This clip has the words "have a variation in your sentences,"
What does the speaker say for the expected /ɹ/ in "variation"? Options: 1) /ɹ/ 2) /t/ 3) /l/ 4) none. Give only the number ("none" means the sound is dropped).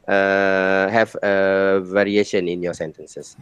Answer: 1